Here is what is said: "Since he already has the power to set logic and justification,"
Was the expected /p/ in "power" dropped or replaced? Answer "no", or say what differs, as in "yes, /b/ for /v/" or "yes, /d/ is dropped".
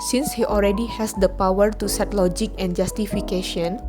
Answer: no